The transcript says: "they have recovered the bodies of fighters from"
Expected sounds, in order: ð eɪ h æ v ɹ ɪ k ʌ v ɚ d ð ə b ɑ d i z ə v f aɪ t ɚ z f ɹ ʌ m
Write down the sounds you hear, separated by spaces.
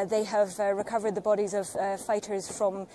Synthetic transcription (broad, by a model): ð eɪ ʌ v ɹ ɪ k ʌ v ɚ d ð ə b ɑ d i z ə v f aɪ t ɚ z f ɹ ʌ m